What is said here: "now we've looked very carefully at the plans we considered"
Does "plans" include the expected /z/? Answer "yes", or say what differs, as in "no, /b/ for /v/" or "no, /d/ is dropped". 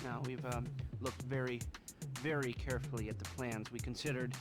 yes